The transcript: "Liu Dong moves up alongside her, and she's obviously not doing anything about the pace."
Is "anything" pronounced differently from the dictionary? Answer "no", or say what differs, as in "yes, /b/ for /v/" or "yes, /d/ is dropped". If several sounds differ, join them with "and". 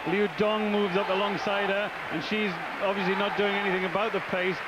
no